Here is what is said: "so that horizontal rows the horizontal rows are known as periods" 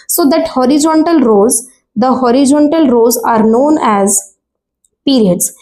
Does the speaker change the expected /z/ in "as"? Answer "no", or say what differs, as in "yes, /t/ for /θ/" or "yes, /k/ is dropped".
no